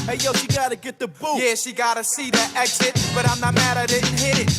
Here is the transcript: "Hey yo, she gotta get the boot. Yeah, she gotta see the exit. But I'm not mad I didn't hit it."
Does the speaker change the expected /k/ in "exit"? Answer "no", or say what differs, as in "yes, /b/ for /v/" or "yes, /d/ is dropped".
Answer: no